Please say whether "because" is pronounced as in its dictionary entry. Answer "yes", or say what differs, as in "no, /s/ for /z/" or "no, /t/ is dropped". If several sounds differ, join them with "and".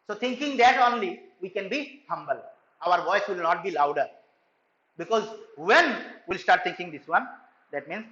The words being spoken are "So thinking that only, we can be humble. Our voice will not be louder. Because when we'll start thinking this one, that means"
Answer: yes